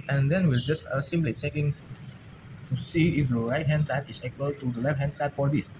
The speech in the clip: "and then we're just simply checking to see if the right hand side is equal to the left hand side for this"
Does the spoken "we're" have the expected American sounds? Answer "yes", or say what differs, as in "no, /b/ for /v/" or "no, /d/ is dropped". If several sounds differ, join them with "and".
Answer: no, /l/ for /ɹ/